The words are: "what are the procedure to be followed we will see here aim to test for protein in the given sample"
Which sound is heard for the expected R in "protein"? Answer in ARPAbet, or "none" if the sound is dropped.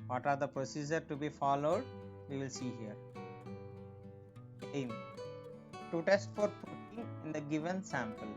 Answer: none